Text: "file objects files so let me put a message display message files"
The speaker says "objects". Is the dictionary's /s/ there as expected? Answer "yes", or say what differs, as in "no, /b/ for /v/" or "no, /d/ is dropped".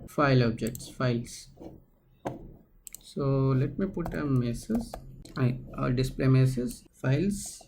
yes